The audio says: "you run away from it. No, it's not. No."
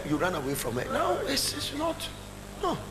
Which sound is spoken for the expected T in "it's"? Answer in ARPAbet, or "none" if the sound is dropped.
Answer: S